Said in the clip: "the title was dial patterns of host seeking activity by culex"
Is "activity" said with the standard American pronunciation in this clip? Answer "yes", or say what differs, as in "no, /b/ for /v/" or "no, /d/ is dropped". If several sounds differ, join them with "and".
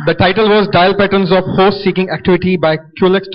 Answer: yes